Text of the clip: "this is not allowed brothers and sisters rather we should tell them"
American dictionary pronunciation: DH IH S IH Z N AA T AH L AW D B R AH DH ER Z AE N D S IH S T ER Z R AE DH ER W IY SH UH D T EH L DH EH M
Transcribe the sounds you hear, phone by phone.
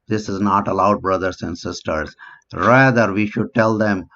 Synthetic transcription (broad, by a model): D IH S IH Z N AA T AH L AW D B R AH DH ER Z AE N D S IH S T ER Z R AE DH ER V IY SH UH D T EH L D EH M